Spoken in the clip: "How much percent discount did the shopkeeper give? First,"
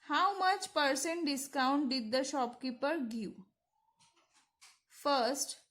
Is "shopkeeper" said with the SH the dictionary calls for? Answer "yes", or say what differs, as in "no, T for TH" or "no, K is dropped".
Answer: yes